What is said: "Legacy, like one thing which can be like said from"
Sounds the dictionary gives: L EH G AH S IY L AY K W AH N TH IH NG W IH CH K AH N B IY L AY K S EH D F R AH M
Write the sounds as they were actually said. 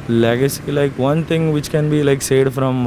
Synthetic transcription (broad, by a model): L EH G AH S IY L AY K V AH N T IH NG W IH CH K AH N B IY L AY K S EH D F R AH M